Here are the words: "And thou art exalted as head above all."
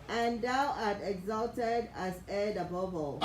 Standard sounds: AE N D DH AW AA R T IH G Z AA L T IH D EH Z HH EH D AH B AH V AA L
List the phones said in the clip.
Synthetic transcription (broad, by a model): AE N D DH AW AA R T IH G Z AA L T IH D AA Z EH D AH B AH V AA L